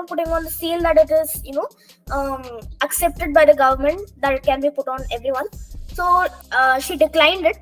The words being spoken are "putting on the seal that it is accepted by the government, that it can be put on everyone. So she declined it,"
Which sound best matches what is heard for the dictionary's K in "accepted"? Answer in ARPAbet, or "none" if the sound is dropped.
K